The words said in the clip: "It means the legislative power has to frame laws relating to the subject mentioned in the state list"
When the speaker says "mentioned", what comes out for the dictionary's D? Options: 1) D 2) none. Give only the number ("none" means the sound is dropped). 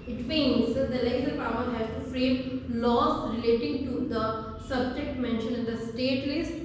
2